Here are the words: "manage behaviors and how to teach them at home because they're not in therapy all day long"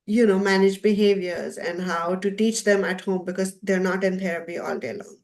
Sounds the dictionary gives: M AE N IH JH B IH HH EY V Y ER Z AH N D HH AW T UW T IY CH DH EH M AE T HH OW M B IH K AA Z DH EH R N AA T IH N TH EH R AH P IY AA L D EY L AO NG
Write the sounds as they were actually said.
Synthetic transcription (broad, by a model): M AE N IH JH B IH HH EY V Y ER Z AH N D HH AW T UW T IY CH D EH M AE T HH OW M B IH K AA Z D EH R N AA T IH N T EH R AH P IY AA L D EY L AO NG